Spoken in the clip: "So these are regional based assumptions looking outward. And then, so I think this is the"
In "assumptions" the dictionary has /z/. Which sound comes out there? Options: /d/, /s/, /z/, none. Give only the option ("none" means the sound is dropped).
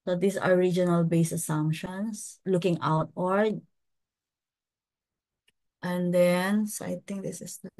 /s/